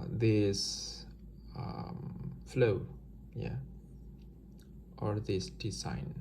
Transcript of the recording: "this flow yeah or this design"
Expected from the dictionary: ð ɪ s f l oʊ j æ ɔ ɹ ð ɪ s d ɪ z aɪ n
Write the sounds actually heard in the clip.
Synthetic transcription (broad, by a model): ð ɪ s f l oʊ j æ ɔ ɹ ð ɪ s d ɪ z aɪ n